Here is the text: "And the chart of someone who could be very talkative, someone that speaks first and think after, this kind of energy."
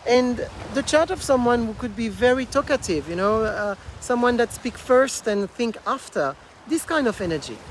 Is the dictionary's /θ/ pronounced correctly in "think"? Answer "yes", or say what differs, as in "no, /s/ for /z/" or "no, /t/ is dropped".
yes